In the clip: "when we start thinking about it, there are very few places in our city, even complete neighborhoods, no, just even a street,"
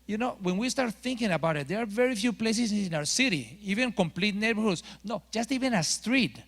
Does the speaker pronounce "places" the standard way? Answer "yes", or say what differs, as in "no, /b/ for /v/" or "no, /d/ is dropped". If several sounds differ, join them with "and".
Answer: no, /s/ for /z/